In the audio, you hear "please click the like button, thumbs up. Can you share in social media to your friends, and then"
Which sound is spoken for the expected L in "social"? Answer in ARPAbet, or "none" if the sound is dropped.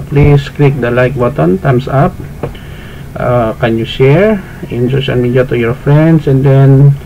N